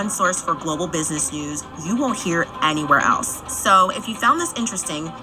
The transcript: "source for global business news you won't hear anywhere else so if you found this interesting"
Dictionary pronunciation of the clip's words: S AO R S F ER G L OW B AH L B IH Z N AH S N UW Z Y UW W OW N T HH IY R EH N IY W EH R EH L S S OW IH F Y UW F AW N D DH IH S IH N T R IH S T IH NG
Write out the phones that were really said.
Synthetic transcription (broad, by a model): S AO R S F ER G L OW B L B IH Z N AH S N UW Z Y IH W OW N T HH IY R EH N IY W EH R EH L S S OW IH F Y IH F AW N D DH IH S IH N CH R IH S T IH NG